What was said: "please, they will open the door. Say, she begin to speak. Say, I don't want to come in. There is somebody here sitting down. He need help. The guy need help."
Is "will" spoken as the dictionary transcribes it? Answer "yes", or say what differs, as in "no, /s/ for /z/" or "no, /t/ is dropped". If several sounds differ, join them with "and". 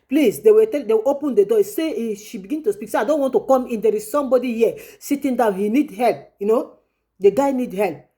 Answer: no, /w/ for /l/